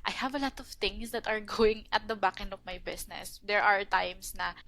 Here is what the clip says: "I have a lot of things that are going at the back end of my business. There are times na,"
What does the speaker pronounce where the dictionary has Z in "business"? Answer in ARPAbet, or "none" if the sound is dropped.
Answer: S